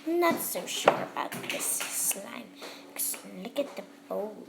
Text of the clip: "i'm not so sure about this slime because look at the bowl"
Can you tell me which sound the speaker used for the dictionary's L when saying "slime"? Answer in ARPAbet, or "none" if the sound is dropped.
L